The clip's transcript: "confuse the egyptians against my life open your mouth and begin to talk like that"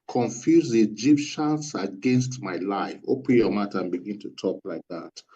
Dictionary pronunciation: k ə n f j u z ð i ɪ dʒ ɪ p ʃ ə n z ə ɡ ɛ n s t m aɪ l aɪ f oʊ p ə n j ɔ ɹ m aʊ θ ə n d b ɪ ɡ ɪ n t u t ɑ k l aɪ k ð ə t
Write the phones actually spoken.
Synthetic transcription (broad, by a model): k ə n f j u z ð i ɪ dʒ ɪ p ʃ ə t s ə ɡ ɛ n s t m aɪ l aɪ f oʊ p ə n j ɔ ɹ m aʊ t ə n b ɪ ɡ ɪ n t u t ɑ k l aɪ k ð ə t